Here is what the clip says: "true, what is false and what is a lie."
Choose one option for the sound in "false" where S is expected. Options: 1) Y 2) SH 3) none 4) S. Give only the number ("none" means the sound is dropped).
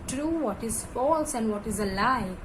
4